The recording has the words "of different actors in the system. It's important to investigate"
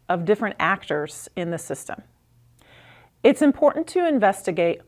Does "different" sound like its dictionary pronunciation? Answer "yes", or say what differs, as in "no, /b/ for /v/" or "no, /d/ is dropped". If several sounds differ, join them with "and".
yes